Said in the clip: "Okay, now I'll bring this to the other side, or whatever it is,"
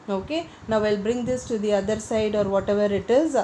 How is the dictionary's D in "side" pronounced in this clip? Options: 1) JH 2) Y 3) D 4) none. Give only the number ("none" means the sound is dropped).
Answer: 3